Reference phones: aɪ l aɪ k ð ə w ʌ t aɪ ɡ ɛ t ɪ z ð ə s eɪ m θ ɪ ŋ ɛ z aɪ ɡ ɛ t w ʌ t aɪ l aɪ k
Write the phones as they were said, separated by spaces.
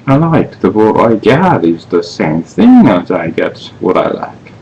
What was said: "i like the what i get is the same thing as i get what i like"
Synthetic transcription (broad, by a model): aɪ l aɪ k ð ə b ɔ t aɪ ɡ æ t ɪ z ð ə s eɪ m θ ɪ ŋ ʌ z aɪ ɡ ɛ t w ʌ t aɪ l aɪ k